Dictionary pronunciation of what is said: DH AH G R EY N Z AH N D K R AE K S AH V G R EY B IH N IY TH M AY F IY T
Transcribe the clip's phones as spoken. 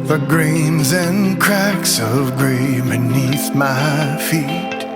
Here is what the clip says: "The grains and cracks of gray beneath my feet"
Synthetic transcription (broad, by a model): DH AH G R EY N Z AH N K R AE K S AH V G R EY B IH N IY TH M AY F IY T